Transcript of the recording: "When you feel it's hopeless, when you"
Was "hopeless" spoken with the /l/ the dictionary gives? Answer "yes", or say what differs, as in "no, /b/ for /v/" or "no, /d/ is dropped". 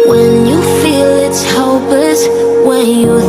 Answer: no, /l/ is dropped